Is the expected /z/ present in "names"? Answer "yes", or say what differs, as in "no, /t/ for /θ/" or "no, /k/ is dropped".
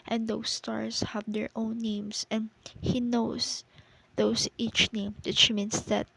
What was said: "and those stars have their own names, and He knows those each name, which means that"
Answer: no, /s/ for /z/